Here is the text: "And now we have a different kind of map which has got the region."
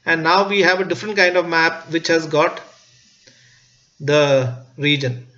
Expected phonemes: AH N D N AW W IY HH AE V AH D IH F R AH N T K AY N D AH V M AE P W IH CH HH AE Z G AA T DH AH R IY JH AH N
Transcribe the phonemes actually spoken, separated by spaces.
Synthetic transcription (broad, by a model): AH N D N AW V IY HH AE V AH D IH F R AH N T K AY N D AH V M AE P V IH CH HH AE Z G AA T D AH R IY JH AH N